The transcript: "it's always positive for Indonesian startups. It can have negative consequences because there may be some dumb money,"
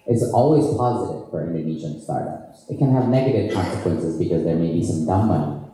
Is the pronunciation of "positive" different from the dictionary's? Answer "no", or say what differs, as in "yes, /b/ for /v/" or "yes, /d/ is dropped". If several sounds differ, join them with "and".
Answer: no